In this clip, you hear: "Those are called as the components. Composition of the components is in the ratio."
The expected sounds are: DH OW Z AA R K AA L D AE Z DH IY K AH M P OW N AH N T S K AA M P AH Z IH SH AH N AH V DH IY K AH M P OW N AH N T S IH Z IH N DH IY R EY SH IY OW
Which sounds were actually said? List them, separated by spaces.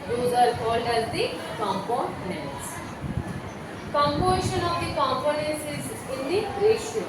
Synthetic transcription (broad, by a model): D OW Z AA R K AA L D AE Z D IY K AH M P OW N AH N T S K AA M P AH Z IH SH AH N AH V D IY K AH M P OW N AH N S IH Z IH N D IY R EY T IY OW